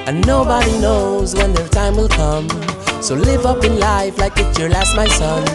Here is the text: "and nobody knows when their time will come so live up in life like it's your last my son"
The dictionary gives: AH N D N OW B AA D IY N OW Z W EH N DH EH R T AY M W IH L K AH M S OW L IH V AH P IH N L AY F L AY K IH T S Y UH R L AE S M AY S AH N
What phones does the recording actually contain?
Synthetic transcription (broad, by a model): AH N N OW B AA D IY N OW Z W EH N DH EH R T AY M W IH L K AH M S OW L IH V AH P IH N L AY F L AY K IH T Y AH R L AE S M AY S AH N